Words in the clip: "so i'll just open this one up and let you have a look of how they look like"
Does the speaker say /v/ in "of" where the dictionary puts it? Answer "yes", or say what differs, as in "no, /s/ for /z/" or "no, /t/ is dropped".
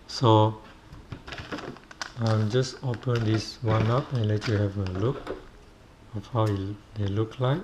no, /f/ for /v/